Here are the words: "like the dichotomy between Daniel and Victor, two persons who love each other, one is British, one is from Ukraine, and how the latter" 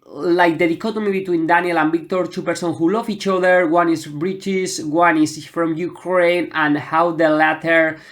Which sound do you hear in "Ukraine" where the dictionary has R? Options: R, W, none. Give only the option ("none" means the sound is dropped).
R